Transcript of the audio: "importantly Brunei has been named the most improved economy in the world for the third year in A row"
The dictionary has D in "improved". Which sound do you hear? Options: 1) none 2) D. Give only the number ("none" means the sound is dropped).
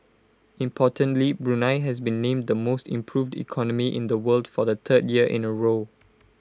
2